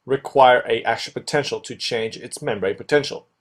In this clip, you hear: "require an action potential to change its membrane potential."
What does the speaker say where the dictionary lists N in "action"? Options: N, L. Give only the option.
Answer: L